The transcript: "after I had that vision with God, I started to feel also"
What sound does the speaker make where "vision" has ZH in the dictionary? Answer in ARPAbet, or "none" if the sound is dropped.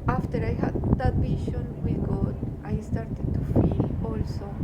SH